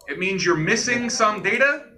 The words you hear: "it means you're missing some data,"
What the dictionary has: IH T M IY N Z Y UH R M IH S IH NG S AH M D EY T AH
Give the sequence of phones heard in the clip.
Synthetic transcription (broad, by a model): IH T M IY N Z Y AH R M IH S IH NG S AH M D EY T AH